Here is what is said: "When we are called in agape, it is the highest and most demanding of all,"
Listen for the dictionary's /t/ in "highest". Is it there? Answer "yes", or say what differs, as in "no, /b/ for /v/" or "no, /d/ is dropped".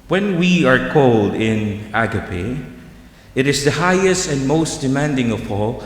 yes